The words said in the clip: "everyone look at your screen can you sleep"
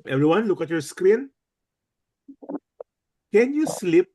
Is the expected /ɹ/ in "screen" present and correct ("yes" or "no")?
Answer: yes